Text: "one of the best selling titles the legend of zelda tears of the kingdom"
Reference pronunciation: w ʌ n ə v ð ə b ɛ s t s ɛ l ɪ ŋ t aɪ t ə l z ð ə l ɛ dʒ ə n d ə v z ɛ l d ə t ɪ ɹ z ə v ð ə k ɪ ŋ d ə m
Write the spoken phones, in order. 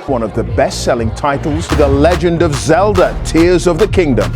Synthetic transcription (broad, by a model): w ʌ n ə v ð ə b ɛ s t s ɛ l ɪ ŋ t aɪ t l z ð ə l ɛ dʒ ə n d ə v z ɛ l d ə t ɪ ɹ z ə v ð ə k ɪ ŋ d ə m